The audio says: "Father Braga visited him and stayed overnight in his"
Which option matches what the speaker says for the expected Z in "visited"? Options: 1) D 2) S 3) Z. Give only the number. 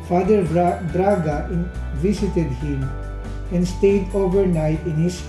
2